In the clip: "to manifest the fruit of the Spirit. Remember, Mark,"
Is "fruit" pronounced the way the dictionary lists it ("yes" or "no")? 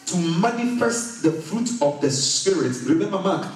yes